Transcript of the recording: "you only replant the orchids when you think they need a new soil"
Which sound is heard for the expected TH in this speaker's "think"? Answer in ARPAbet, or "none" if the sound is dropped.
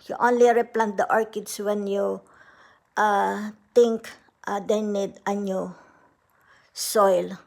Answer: T